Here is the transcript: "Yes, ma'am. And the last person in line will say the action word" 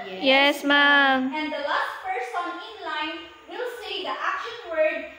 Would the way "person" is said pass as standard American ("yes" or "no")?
no